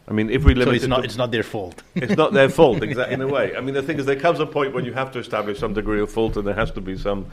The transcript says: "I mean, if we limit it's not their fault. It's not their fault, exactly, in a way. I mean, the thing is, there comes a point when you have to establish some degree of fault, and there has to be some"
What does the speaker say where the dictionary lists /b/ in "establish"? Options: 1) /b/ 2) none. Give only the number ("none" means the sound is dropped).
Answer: 1